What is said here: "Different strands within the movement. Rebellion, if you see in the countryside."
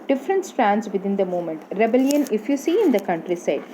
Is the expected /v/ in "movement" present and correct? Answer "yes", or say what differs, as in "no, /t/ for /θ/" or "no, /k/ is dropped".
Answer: no, /v/ is dropped